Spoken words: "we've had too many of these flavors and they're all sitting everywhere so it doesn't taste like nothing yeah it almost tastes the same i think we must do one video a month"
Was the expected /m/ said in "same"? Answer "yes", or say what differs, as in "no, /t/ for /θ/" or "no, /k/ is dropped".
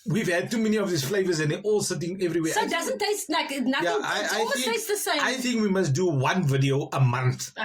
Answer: no, /m/ is dropped